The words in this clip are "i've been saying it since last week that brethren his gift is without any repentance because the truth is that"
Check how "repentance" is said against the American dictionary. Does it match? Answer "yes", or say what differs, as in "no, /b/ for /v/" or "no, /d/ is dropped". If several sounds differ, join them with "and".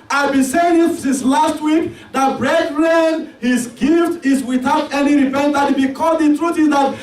no, /s/ is dropped